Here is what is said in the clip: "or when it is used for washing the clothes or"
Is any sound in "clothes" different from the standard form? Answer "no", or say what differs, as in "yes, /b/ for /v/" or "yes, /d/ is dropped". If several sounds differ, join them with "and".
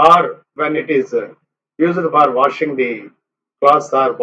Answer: yes, /l/ is dropped and /s/ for /z/